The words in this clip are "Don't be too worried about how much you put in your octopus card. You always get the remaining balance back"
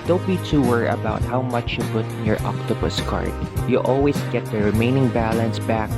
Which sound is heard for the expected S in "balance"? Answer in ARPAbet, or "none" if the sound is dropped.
S